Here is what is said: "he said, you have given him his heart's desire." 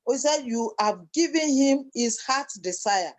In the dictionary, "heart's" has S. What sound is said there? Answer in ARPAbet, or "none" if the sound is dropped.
none